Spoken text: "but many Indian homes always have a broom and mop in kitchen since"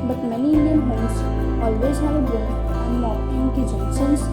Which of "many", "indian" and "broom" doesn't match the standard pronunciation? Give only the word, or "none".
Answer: broom